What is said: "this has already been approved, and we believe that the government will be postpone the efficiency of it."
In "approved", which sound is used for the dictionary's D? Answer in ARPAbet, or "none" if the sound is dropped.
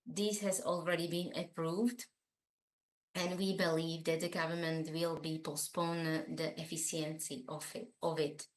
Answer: D